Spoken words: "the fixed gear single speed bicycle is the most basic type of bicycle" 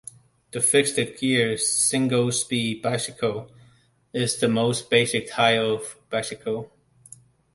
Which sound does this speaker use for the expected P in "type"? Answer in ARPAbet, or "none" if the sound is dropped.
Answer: none